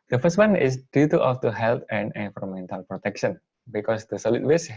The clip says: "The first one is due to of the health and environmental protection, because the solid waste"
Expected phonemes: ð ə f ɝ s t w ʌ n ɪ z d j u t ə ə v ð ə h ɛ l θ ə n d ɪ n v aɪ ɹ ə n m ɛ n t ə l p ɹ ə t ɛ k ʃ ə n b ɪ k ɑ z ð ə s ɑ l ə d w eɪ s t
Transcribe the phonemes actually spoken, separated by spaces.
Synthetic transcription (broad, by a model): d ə f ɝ s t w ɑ n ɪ s d j u t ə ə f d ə h ɛ l t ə n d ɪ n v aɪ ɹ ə m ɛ n t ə l p ɹ ə t ɛ k ʃ ə n b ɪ k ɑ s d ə s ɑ l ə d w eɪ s